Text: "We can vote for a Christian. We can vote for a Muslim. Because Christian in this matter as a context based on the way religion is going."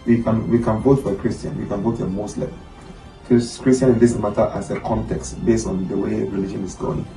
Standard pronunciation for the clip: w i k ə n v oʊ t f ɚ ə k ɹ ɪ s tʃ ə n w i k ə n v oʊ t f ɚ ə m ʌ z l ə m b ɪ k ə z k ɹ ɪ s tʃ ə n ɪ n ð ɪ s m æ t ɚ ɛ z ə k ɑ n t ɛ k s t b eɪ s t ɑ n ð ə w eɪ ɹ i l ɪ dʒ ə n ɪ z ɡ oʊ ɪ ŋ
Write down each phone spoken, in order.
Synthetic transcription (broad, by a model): w i k ə n v oʊ t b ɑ ə k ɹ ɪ s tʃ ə n w i k ə n v oʊ t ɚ ə m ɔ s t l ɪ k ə s k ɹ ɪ s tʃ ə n ɪ n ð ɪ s m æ t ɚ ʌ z ə k ɑ n t ɛ k s t b eɪ s t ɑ n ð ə w eɪ ɹ i l ɪ dʒ ə n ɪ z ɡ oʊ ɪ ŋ